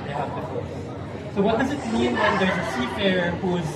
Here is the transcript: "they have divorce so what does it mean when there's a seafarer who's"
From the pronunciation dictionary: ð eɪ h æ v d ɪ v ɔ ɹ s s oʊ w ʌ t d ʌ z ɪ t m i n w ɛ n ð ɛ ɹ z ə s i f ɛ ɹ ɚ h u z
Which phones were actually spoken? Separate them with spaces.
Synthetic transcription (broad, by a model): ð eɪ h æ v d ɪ f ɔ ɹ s s oʊ w ʌ t d ʌ z ɪ t m i n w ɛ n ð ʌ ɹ z ə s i p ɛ ɹ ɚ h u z